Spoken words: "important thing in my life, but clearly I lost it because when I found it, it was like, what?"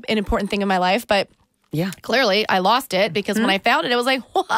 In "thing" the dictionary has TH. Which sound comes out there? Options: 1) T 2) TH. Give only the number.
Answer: 2